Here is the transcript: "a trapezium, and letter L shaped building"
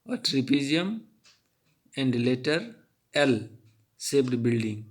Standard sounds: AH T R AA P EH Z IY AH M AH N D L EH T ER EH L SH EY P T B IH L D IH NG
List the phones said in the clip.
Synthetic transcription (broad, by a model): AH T R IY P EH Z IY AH M AH N D L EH T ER EH L S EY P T B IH L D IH NG